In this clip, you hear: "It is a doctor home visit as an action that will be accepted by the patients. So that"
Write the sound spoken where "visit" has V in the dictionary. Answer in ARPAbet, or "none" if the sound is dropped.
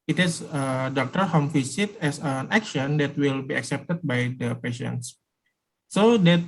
F